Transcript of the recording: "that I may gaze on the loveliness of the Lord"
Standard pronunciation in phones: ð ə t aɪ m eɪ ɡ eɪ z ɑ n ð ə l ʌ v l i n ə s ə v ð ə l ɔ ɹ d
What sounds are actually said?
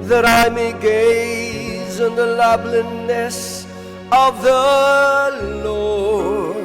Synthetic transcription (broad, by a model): ð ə t aɪ m eɪ ɡ eɪ z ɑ n ð ə l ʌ b l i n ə s ə v ð ə l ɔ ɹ